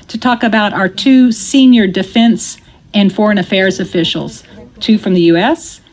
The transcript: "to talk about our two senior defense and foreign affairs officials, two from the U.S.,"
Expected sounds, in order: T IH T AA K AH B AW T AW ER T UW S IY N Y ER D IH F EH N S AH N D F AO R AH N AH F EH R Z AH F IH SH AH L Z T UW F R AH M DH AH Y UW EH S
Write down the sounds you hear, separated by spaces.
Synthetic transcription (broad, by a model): T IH T AA K AH B AW T AW ER T UW S IY N Y ER D IH F EH N S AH N F AO R AH N AH F EH R Z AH F IH SH L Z T UW F R AH M DH AH Y UW EH S